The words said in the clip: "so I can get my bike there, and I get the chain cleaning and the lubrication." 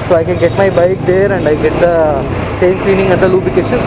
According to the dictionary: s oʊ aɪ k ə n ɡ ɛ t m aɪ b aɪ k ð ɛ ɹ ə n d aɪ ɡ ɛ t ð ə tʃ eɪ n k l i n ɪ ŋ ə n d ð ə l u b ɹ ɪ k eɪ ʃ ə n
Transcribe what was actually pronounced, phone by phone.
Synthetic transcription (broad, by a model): s oʊ aɪ k ə n ɡ ɛ t m aɪ b aɪ k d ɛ ɹ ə n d aɪ ɡ ɛ t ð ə s eɪ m k l i n ɪ ŋ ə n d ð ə l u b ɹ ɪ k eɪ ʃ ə n